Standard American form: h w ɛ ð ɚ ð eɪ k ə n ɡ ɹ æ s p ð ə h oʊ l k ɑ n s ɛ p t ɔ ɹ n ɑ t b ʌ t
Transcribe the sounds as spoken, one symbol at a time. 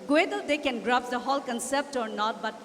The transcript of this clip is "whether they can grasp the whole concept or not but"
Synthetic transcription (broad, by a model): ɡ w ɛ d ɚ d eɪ k ə n ɡ ɹ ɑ p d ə h oʊ l k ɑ n s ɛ p t ɔ ɹ n ɑ t b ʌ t